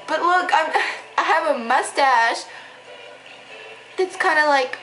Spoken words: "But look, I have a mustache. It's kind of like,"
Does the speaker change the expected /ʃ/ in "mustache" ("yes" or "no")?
no